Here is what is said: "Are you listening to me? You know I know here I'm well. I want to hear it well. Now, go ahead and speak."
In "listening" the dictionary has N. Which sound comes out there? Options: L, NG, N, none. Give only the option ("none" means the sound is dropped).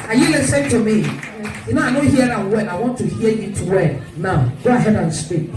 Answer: none